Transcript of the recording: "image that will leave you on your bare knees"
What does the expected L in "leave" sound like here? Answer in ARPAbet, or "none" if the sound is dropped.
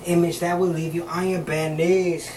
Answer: L